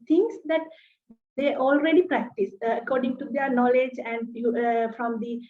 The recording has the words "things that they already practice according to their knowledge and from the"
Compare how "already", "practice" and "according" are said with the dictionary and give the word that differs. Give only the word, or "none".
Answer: none